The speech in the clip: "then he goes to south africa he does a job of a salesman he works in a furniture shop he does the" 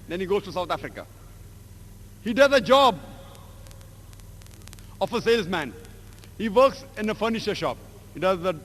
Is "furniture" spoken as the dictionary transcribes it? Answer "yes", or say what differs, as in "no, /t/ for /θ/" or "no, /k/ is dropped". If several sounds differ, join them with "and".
no, /ʃ/ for /tʃ/